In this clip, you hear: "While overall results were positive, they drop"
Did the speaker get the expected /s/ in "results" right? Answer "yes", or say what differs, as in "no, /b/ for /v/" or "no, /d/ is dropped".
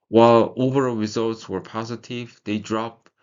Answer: yes